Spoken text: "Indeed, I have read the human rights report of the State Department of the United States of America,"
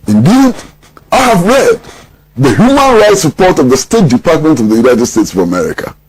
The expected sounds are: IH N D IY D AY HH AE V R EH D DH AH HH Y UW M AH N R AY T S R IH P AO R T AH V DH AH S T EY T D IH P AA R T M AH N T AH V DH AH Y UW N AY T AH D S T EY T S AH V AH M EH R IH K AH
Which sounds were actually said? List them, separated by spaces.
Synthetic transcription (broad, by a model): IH N D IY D AY HH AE V R EH D DH AH HH Y UW M AH N R AY T S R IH P AO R T AH V DH AH S T EY T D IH P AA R T M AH N T AH V DH AH Y UW N AY T AH D S T EY T S AH V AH M EH R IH K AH